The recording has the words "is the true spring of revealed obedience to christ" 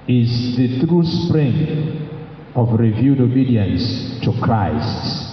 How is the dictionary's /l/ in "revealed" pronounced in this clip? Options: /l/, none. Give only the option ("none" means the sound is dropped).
none